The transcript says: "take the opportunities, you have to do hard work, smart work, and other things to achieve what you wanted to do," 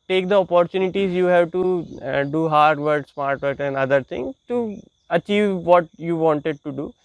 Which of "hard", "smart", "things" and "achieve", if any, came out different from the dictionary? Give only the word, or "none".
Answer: things